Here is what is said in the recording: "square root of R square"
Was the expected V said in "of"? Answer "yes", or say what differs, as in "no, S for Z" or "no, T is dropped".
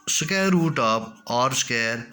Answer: no, P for V